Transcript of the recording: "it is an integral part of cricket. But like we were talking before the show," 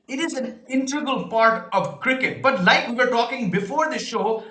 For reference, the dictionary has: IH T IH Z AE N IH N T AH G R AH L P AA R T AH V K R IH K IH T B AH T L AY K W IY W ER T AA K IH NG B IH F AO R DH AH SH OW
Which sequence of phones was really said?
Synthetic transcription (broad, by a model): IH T IH Z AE N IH N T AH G AH L P AA R T AH V K R IH K IH T B AH T L AY K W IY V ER T AA K IH NG B IH F AO R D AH SH OW